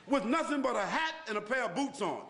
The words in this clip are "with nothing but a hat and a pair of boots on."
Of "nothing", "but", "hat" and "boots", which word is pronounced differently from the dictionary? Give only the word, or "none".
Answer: none